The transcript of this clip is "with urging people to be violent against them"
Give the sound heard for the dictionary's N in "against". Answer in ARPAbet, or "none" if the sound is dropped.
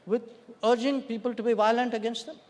N